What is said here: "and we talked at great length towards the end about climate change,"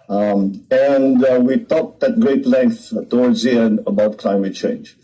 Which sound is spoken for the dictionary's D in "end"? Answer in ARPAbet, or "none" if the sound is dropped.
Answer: none